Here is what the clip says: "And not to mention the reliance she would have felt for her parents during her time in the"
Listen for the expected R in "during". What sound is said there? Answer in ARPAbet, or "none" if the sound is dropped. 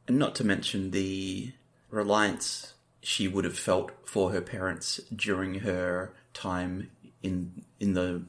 R